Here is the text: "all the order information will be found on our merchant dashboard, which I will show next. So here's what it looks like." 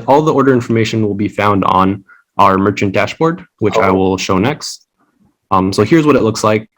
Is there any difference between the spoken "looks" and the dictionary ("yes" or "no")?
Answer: no